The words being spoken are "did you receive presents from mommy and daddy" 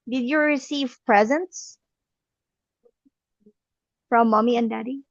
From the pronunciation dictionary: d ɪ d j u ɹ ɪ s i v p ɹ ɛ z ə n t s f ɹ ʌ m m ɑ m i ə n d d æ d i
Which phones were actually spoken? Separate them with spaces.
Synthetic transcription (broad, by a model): d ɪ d j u ɹ ɪ s i v p ɹ ɛ z ə n t s f ɹ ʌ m m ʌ m i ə n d d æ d i